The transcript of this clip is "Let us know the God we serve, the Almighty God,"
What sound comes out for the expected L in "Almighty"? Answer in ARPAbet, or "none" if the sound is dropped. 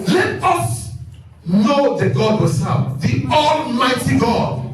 L